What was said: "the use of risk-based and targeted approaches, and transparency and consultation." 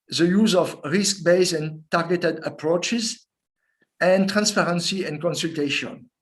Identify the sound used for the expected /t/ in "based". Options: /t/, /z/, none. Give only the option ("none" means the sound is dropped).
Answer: none